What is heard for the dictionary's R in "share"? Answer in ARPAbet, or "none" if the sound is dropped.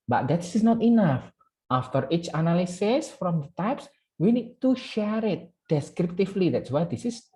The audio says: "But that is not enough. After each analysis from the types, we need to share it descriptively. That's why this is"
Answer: R